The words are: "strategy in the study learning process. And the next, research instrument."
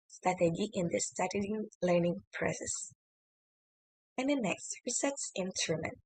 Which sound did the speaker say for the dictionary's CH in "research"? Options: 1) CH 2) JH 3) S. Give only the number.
3